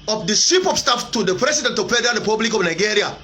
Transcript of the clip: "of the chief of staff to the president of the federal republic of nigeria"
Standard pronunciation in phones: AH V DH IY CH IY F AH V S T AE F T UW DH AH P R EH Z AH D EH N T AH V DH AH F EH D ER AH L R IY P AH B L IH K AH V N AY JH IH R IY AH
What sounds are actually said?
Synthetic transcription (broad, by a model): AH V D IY S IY P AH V S T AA F T UW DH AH P R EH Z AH D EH N T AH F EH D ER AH R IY P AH B L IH K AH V N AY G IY R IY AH